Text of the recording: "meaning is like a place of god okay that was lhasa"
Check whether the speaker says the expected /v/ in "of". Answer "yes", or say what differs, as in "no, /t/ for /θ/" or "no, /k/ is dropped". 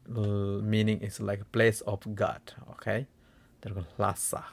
no, /f/ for /v/